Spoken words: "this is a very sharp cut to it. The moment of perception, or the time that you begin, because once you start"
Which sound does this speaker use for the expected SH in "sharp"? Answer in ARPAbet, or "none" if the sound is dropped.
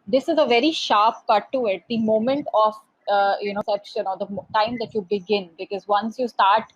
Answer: SH